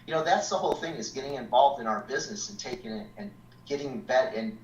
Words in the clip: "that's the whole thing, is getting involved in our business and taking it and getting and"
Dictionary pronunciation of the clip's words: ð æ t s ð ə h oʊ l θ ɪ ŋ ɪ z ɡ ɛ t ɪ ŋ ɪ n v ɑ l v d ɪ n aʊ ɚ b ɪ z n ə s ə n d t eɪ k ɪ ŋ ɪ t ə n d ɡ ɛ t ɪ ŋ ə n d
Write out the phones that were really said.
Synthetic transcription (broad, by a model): ð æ t s ð ə h oʊ l θ ɪ ŋ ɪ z ɡ ɛ t ɪ ŋ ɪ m v ɑ l v d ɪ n aʊ ɚ b ɪ z n ə s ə n t eɪ k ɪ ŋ ɪ t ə n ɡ ɛ t ɪ ŋ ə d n